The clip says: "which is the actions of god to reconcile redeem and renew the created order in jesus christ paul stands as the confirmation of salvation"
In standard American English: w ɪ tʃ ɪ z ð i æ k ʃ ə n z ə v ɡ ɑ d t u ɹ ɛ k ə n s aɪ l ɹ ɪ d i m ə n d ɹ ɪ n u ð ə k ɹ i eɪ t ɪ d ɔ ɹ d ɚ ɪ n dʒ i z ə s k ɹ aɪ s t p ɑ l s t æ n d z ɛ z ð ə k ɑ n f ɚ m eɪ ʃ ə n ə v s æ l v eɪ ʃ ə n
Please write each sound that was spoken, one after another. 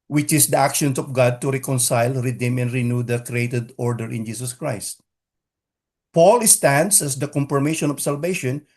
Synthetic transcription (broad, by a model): w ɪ tʃ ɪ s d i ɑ k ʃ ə n s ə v ɡ ɑ d t u ɹ ɛ k ə n s aɪ l ɹ ɪ d i m ə n d ɹ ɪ n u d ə k ɹ i eɪ t ɪ d ɔ ɹ d ɚ ɪ n dʒ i s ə s k ɹ aɪ s t p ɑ l s t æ n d s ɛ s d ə k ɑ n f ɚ m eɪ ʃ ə n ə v s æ l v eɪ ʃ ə n